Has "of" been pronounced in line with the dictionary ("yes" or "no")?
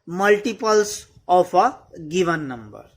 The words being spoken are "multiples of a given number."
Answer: no